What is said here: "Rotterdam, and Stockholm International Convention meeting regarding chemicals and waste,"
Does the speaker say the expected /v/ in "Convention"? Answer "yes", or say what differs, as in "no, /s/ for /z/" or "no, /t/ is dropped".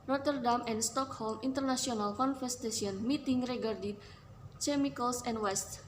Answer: no, /f/ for /v/